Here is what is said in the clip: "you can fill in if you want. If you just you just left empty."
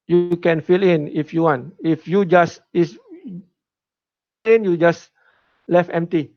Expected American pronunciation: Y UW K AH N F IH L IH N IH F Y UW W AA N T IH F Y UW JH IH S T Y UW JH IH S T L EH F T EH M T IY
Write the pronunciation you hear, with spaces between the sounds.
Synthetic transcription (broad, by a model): Y UW K AH N F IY L IH N IH F Y UW W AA N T IH F Y UW JH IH S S Y UW JH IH S L EH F EH M T IY